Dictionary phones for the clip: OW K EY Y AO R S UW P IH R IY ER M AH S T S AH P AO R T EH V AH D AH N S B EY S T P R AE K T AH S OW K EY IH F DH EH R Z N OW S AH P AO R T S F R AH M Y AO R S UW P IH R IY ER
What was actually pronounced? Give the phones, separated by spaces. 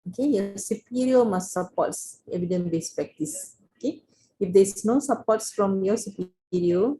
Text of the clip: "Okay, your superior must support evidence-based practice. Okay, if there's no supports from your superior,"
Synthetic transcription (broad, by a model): OW K EY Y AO S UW P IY R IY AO M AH S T S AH P AO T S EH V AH D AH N B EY S P R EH K T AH S OW K EY IH F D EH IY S N OW S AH P AO T S F R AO M Y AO S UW P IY R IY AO